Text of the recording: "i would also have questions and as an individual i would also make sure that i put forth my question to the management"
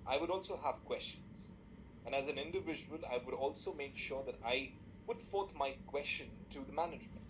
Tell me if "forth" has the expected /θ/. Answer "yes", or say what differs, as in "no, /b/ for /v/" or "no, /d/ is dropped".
no, /t/ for /θ/